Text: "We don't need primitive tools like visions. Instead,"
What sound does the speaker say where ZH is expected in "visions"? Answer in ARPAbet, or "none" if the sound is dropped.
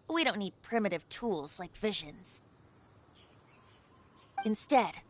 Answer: ZH